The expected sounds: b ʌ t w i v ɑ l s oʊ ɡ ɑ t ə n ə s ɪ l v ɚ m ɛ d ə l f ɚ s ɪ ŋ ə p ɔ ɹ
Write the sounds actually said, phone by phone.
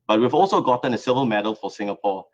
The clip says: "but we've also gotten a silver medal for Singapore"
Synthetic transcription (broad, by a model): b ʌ t w i v ɑ l s oʊ ɡ ɑ t ə n ə s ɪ v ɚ m ɛ d ə l f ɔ s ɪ ŋ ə p ɔ